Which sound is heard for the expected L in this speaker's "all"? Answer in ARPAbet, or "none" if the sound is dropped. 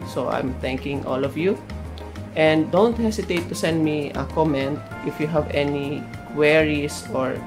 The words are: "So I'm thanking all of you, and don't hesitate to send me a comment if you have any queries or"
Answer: L